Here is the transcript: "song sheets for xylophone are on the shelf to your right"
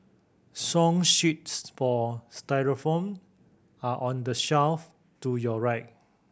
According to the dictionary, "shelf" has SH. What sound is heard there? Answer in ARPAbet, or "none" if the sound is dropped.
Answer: SH